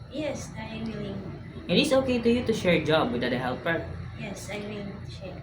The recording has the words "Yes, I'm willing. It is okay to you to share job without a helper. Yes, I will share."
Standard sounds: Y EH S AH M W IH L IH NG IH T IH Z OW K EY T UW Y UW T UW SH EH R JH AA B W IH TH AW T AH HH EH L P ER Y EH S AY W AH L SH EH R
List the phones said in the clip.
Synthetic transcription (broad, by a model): Y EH S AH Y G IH IH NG IH T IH S OW K EY T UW Y UW T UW SH EH R JH AA B W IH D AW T AH HH EH L P ER Y EH S AY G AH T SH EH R